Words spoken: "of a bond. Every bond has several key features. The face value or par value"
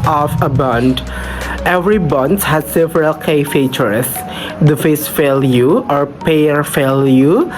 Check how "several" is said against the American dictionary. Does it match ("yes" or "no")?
yes